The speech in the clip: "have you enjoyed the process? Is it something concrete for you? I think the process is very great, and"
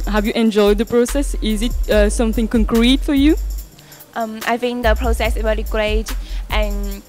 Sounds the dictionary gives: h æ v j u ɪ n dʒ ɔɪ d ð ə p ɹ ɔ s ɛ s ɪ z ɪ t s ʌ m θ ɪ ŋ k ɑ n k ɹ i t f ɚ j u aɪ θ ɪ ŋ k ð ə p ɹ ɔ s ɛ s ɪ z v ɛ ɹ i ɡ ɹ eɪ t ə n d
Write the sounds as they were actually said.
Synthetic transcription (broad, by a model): h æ v j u ɪ n dʒ ɔɪ d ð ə p ɹ ɔ s ɛ s ɪ z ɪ t s ʌ m θ ɪ ŋ k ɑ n k ɹ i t f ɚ j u aɪ f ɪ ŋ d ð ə p ɹ ɔ s ɛ s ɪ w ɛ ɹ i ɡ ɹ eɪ t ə n